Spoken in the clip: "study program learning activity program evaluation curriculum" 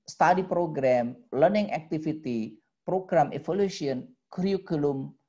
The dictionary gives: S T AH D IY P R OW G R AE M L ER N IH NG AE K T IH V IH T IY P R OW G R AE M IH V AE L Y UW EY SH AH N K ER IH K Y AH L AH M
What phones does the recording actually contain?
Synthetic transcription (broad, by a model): S T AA D IY P R OW G R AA M L ER N IH NG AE K T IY F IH T IY P R OW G R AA M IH F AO L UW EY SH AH N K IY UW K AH L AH M